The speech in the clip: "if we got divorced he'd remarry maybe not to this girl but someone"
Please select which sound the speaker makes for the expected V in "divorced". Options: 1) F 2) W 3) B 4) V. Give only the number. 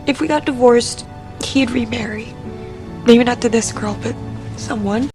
4